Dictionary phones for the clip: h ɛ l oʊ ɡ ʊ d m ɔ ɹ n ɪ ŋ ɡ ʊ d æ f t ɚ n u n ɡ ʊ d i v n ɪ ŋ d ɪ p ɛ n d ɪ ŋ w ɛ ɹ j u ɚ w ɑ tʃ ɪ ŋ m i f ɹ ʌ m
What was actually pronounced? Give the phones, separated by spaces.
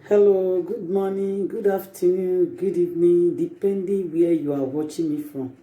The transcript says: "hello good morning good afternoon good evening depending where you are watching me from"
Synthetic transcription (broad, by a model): h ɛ l oʊ ɡ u d m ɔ n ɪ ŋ ɡ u d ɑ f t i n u ɡ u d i n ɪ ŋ d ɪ p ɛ n d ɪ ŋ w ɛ j u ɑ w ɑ tʃ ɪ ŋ m i f ɹ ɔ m